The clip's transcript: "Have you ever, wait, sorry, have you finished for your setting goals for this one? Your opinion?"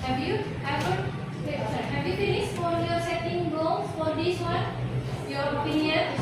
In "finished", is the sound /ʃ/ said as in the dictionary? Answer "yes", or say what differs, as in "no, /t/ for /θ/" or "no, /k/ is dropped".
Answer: no, /s/ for /ʃ/